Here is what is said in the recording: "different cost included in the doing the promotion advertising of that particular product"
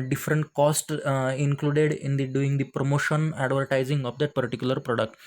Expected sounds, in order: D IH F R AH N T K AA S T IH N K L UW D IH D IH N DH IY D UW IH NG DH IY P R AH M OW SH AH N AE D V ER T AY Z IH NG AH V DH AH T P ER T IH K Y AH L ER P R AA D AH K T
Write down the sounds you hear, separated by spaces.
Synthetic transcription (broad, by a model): D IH F R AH N T K AA S T IH N K L UW D IH D IH N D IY D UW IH NG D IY P R AH M OW SH AH N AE D V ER T AY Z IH NG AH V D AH T P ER T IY K Y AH L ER P R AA D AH K T